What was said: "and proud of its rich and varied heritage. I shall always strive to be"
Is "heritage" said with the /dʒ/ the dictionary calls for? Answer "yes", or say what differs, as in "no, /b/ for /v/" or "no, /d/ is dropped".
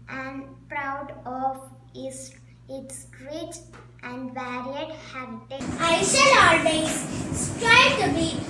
no, /dʒ/ is dropped